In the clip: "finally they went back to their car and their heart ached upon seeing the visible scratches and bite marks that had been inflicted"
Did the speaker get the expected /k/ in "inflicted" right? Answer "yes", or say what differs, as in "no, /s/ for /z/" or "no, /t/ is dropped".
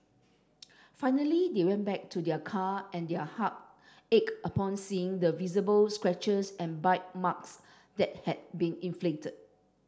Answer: no, /k/ is dropped